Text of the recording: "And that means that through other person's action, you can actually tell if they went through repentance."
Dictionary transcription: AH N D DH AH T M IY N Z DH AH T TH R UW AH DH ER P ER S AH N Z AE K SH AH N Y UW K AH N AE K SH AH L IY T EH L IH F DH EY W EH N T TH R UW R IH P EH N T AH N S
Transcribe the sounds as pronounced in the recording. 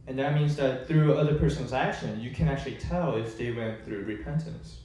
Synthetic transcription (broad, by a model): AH N DH AH T M IY N Z DH AH T TH R UW AH DH ER P ER S AH N Z AE K SH AH N Y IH K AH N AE K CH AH L IY T EH L IH F DH EY W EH N TH R UW R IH P EH N T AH N S